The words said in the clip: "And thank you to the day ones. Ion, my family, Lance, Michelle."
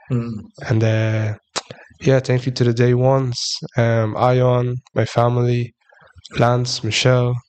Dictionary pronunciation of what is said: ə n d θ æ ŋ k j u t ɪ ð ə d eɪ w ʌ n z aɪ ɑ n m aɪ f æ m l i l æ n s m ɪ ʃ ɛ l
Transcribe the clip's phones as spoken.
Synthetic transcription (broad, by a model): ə n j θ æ ŋ k j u t ɪ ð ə d eɪ w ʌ n s aɪ ɑ n m aɪ f æ m l i l æ n s m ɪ ʃ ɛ l